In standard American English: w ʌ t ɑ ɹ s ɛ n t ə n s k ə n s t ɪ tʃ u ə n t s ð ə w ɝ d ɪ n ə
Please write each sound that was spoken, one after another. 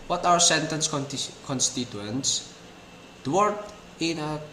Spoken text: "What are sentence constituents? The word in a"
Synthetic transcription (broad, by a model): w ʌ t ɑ w s ɛ n t ə n s k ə n s t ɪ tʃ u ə n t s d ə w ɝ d ɪ n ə